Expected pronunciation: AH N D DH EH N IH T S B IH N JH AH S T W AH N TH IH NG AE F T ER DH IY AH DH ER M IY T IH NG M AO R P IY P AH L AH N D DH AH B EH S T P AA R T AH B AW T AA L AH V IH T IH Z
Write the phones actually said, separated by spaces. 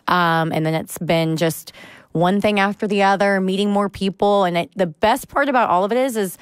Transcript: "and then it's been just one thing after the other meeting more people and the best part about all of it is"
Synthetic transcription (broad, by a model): AH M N DH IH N IH T S B IH N JH AH S T W AH N TH IH NG AE F T ER DH IY AH DH ER M IY T IH NG M AO R P IY P L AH N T DH AH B EH S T P AA R T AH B AW T AA L AH V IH T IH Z